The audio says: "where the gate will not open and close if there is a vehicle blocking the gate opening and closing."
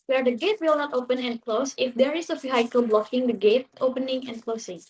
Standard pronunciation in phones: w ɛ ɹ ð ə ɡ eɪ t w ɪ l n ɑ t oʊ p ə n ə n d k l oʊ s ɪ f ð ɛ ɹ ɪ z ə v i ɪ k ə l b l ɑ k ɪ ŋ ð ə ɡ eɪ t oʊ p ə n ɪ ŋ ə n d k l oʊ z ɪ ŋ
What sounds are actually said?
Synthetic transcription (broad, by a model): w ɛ ɹ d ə ɡ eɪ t w ɪ l n ɑ t oʊ p ə n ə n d k l oʊ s ɪ f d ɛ ɹ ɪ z ə f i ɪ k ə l b l ɑ k ɪ ŋ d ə ɡ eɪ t oʊ p ə n ɪ ŋ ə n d k l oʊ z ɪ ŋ